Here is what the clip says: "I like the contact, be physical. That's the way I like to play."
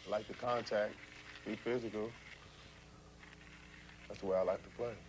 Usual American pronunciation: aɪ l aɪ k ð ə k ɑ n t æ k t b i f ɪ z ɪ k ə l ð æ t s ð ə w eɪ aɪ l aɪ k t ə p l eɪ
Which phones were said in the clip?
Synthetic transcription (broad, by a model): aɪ l aɪ k ð ə k ɑ n t æ k t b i f ɪ z ɪ k ə l ð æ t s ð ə w eɪ aɪ l aɪ k t ə p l eɪ